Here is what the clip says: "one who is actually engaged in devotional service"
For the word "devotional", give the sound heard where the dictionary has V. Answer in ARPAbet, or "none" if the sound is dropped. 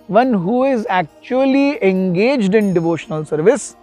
V